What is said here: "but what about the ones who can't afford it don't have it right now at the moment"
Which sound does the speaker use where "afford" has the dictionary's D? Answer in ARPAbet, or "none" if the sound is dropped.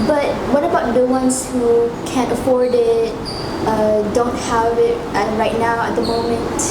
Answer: D